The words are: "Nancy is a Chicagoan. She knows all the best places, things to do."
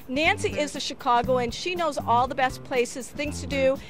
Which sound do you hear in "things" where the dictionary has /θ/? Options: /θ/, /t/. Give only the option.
/θ/